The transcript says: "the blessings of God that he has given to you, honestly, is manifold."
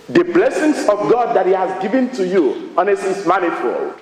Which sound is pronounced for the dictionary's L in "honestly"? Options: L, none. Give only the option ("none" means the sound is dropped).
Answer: none